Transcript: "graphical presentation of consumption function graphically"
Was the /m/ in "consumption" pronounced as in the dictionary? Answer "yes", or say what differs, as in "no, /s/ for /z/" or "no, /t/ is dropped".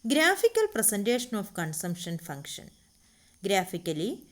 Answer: yes